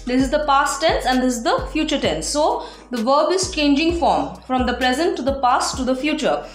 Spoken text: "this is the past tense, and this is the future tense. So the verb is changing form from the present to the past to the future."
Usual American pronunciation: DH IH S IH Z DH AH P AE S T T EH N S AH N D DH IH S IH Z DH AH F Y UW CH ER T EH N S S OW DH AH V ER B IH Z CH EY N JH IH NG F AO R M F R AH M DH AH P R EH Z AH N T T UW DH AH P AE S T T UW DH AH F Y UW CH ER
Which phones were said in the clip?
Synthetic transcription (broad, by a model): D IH S IH Z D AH P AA S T T EH N S AH N D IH S IH Z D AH F Y UW CH ER T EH N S S OW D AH V ER B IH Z CH EY N JH IH NG F AO R M F R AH M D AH P R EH Z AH N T T UW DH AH P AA S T T UW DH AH F Y UW CH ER